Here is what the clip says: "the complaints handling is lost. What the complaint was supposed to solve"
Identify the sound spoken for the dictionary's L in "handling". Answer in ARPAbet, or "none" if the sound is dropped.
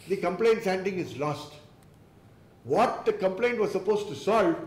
none